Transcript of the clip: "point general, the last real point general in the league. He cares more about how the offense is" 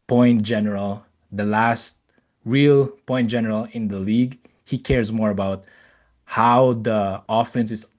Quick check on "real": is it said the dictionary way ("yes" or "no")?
yes